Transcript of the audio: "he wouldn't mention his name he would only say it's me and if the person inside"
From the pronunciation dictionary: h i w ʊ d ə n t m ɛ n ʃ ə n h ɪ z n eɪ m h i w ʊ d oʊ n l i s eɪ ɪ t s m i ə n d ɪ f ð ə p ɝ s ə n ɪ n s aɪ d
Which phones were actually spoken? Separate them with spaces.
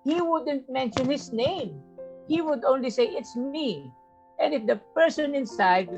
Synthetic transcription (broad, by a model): h i w ʊ d ə n t m ɛ n ʃ ə n h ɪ s n eɪ m h i w ʊ d oʊ n l i s eɪ ɪ t s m i ə n d ɪ f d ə p ɝ s ə n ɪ n s aɪ d